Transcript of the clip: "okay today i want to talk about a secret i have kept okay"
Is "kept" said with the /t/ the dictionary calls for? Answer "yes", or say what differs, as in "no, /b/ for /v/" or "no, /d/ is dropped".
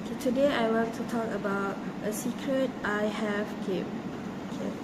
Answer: no, /t/ is dropped